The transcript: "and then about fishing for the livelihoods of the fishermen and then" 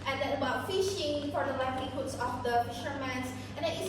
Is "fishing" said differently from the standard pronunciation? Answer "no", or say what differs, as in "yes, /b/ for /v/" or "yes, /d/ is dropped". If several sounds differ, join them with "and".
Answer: no